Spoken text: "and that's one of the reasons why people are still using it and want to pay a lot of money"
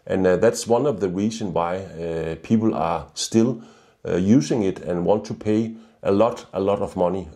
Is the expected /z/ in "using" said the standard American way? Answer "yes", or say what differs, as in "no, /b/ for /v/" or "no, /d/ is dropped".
no, /s/ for /z/